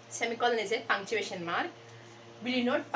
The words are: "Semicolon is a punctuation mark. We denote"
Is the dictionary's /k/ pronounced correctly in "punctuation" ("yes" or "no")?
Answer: no